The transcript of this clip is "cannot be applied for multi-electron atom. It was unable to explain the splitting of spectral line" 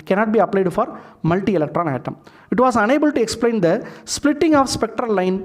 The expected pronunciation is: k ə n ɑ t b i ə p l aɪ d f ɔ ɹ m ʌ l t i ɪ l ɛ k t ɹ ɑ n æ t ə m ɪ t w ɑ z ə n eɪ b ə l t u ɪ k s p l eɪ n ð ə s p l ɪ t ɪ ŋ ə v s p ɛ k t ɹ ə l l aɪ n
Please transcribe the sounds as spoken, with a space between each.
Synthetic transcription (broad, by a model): k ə n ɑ t b i ə p l aɪ d f ɔ ɹ m ʌ l t i ɪ l ɛ k t ɹ ɑ n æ t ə m ɪ t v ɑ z ə n eɪ b ə l t u ɪ k s p l eɪ n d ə s p l ɪ t ɪ ŋ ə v s p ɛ k t ɹ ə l l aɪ n